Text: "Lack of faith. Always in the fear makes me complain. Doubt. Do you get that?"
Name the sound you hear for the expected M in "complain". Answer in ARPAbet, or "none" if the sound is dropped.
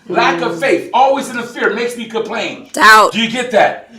none